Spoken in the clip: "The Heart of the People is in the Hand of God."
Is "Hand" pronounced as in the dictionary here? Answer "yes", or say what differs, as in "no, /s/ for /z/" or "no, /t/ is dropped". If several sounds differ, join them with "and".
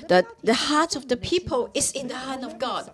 no, /d/ is dropped